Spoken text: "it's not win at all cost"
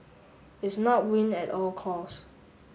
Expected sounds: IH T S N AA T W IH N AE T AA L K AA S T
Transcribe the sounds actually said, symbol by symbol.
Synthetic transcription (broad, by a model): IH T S N AA T W IH N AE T AA L K AA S